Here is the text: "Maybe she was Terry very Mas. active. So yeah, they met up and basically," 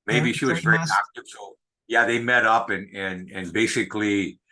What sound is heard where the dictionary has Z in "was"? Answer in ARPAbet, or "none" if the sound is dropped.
Z